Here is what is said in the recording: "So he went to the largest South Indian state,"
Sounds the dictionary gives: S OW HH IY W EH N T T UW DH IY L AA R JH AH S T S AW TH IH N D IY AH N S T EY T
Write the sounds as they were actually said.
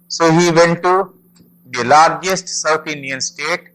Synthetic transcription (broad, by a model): S OW HH IY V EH N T T UW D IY L AA R JH AH S T S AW T IH N D IY AH N S T EY T